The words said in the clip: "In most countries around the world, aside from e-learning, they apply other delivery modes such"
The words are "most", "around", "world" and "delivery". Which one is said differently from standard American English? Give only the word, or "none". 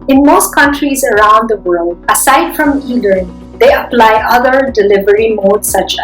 none